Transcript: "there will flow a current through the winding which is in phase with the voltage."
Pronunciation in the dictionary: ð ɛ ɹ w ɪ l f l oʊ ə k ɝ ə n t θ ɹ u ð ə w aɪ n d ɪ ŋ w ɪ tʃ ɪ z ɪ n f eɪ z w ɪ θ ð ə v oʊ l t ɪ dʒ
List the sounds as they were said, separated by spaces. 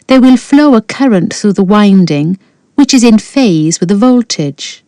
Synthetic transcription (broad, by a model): ð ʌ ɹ w ɪ l f l oʊ ə k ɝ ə n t θ ɹ u ð ə w aɪ n d ɪ ŋ w ɪ tʃ ɪ z ɪ n f eɪ z w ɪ ð ə v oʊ l t ɪ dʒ